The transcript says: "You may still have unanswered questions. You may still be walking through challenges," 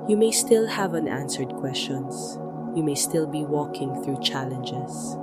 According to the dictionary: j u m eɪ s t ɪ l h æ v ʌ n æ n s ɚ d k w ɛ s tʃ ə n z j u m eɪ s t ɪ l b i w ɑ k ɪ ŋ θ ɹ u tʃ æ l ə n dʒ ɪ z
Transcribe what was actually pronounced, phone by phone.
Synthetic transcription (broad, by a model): j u m eɪ s t ɪ l h æ v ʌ n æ n s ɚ d k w ɛ s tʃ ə n s j u m eɪ s t ɪ l b i w ɑ k ɪ ŋ θ ɹ u tʃ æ l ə n dʒ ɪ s